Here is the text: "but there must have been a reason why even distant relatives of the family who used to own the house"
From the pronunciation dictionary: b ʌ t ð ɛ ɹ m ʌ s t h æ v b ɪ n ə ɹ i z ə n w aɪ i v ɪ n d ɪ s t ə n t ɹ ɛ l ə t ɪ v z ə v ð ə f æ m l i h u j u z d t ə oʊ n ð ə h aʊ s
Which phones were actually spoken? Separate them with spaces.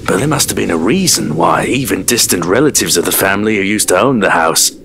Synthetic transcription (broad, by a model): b ʌ t ð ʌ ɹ m ʌ s t h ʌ v b ɪ n ə ɹ i z ə n w aɪ i v ɪ n d ɪ s t ə n t ɹ ɛ l ə t ɪ v z ə v ð ə f æ m l i h u j u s t ə oʊ n ð ə h aʊ s